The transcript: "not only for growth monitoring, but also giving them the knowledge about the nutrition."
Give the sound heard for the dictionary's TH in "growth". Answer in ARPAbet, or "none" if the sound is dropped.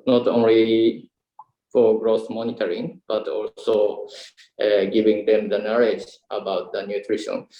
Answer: S